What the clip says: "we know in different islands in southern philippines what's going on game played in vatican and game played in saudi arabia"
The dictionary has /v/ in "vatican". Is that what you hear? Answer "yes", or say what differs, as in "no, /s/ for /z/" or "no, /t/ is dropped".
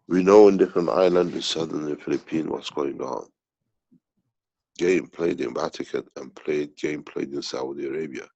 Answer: no, /b/ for /v/